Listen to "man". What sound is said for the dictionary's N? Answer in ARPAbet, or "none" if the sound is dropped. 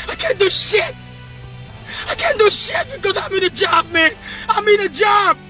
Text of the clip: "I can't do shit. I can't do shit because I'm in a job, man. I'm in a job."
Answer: N